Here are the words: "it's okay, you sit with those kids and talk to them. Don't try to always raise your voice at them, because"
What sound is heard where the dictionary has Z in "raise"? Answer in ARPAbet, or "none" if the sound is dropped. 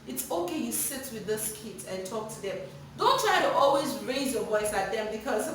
Z